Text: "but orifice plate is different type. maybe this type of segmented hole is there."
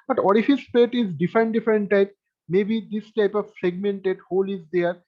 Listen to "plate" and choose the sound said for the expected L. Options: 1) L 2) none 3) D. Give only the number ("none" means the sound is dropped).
2